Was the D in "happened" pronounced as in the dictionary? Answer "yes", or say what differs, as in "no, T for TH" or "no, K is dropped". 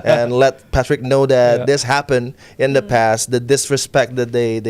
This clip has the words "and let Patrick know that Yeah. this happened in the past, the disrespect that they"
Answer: yes